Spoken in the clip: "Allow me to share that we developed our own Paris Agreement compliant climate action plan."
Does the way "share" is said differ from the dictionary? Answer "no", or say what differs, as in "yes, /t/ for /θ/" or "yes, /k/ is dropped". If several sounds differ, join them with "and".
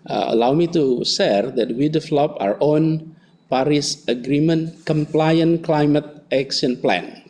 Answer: yes, /s/ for /ʃ/